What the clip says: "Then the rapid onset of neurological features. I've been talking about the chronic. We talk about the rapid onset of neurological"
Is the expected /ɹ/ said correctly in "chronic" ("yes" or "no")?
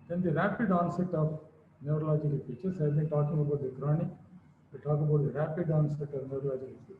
yes